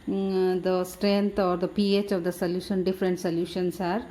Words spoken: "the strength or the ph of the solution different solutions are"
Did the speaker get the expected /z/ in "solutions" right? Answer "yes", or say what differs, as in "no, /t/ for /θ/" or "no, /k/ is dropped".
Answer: no, /s/ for /z/